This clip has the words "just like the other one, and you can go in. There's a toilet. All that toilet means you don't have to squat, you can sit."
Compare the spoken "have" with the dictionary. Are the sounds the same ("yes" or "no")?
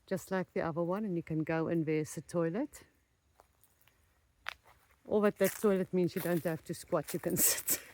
no